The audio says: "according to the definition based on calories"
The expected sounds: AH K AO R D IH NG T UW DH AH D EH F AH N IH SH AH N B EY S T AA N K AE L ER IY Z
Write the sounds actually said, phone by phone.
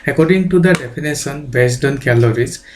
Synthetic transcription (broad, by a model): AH K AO R D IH NG T UW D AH D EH P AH N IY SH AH N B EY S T AA N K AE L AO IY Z